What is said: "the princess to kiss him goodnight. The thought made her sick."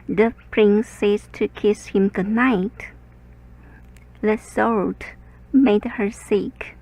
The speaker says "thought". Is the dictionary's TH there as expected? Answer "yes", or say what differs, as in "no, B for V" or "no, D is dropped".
no, S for TH